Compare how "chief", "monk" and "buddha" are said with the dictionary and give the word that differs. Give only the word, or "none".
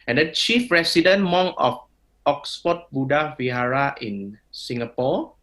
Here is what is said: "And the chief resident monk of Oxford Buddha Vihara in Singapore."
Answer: monk